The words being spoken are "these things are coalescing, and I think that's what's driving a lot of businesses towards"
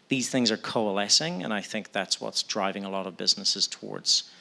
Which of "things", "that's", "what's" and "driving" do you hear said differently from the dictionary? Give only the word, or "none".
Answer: none